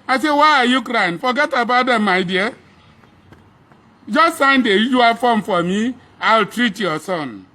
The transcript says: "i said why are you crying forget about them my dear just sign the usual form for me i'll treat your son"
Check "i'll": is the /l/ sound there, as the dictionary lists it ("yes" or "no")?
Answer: yes